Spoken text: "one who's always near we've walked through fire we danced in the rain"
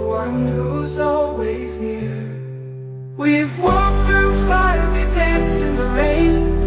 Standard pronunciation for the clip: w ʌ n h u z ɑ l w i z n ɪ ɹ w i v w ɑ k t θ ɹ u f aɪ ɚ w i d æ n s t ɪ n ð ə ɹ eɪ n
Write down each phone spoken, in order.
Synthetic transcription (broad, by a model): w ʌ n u z ɑ l w i z n ɪ ɹ w i v w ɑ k θ ɹ u f aɪ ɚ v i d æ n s ɪ n ð ə ɹ eɪ n